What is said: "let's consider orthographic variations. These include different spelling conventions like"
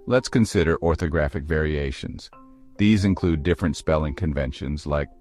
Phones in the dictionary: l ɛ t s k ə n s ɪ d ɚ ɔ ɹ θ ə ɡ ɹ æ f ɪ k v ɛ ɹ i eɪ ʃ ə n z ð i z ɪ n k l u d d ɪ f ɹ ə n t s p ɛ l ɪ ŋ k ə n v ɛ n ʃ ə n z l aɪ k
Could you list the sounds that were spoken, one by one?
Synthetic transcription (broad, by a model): l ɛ t s k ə n s ɪ d ɚ ɔ ɹ θ ə ɡ ɹ æ f ɪ k v ɛ ɹ i eɪ ʃ ə n z ð i z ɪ n k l u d d ɪ f ɹ ə n t s p ɛ l ɪ ŋ k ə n v ɛ n ʃ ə n z l aɪ k